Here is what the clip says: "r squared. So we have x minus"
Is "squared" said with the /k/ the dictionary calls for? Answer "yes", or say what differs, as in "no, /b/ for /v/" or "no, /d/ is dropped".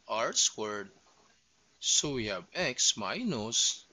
no, /k/ is dropped